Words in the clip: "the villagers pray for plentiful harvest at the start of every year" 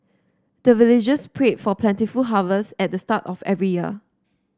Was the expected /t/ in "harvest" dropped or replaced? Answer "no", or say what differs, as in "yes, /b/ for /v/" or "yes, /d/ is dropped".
yes, /t/ is dropped